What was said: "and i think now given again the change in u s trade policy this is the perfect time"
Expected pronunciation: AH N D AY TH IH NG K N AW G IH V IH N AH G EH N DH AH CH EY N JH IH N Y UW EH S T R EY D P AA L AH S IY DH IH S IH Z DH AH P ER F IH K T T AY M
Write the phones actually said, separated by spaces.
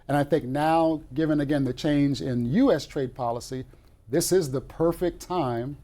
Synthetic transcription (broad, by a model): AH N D AY TH IH NG K N AW G IH V IH N AH G EH N DH AH CH EY N JH IH N Y UW EH S T R EY D P AA L AH S IY DH IH S IH Z DH AH P ER F IH K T T AY M